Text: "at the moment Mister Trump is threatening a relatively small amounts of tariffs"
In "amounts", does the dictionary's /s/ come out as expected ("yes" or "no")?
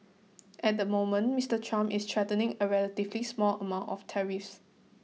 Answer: no